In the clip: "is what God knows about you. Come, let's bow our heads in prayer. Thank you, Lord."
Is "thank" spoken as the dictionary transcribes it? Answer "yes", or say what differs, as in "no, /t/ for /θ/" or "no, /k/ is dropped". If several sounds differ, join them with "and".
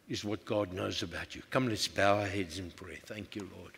yes